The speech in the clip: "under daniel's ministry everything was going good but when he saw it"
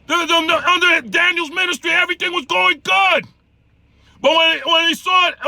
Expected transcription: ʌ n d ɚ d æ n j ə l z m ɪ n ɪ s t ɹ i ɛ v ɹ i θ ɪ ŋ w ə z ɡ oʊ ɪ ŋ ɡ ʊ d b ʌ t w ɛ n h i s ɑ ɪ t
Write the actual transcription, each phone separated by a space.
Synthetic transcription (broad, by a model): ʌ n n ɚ d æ n j l z m ɪ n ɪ s t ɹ i ɛ v ɹ i θ ɪ ŋ w ə z ɡ oʊ ɪ ŋ ɡ ʊ d b ʌ t w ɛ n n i s ɑ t